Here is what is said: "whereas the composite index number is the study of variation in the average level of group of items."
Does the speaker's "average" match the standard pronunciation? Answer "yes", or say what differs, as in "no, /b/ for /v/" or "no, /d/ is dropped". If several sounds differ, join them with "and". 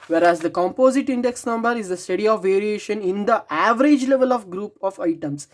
yes